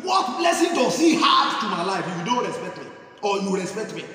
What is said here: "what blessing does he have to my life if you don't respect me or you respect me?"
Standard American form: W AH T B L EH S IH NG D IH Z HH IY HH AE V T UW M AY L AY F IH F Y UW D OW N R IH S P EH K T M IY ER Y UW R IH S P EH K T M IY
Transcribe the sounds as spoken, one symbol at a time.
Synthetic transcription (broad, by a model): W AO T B L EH S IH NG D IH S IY HH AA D T UW M AY L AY IH F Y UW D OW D R IH S P EH K T M IY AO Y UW R IH S P EH K T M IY